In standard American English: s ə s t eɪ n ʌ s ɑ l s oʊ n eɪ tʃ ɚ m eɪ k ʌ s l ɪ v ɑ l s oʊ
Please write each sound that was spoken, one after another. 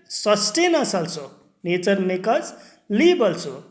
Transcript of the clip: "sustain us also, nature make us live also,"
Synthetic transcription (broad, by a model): s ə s t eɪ n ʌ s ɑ l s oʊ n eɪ s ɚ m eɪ k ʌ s l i b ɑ l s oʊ